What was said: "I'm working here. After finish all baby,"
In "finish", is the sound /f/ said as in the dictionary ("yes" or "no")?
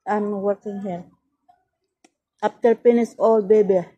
no